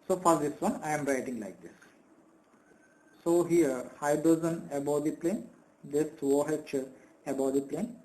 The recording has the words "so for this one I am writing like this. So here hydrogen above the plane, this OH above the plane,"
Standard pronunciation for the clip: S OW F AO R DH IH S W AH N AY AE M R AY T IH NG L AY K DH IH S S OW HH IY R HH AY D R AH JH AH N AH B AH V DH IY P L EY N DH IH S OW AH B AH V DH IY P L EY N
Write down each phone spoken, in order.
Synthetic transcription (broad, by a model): S OW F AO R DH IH S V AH N AY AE M R AY T IH NG L AY K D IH S S OW HH IY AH HH AY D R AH Z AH N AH B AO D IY P L EY N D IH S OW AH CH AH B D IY P L EY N